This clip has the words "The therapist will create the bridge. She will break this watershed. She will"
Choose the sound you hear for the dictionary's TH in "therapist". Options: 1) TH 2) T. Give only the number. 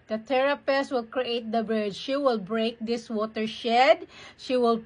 2